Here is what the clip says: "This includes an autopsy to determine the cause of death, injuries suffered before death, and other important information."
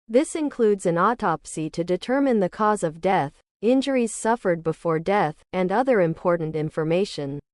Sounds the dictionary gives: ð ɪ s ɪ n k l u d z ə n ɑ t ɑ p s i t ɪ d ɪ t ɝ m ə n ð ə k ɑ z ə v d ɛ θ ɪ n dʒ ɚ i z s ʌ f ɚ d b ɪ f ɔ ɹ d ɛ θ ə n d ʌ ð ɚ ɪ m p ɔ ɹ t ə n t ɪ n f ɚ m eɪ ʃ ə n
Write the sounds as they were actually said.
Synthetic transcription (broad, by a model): ð ɪ s ɪ n k l u d z ə n ɑ t ɑ p s i t ɪ d ɪ t ɝ m ə n ð ə k ɑ z ə v d ɛ θ ɪ n dʒ ɚ i z s ʌ f ɚ d b ɪ f ɔ ɹ d ɛ θ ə n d ʌ ð ɚ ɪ m p ɔ ɹ t n t ɪ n f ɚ m eɪ ʃ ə n